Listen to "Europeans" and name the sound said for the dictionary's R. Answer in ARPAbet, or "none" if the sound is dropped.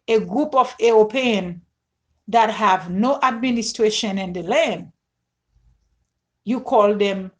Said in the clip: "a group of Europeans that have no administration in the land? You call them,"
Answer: none